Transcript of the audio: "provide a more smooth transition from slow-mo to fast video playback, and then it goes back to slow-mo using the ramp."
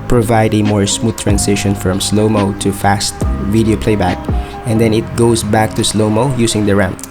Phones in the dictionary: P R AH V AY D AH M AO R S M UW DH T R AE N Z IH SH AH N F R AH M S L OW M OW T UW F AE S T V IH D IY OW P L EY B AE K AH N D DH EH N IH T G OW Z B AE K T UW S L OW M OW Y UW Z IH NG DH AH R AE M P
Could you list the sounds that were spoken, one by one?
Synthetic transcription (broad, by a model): P R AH V AY D AH M AO R S M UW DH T R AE N S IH SH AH N F R AH M S L OW M OW T UW F AE S T V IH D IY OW P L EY B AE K AH N D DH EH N IH T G OW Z B AE K T UW S L OW M OW Y UW S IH NG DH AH R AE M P